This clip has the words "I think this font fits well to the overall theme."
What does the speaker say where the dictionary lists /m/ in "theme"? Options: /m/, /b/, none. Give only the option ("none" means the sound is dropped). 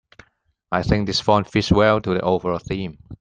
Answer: /m/